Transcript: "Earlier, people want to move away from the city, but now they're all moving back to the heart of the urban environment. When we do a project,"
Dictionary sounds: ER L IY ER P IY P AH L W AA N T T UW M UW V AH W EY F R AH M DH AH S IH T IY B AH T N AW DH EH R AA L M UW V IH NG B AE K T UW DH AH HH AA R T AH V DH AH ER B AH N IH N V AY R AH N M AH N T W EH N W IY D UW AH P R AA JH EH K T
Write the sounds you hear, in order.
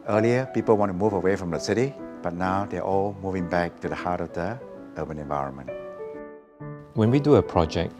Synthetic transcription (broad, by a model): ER L IY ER P IY P AH L W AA N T T UW M UW V AH W EY F R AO M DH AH S IH T IY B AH T N AW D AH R AA L M UW V IH NG B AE K T UW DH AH HH AA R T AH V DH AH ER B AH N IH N V AY R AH N M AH N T W EH N W IY D UW AH P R AA JH EH K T